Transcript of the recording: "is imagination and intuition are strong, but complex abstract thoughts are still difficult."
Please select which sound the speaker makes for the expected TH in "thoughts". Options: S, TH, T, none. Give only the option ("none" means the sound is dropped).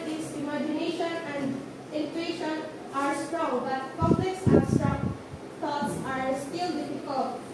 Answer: T